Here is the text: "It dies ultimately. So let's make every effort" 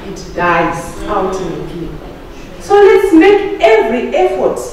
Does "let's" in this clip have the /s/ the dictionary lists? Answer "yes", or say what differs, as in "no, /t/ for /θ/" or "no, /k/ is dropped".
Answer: yes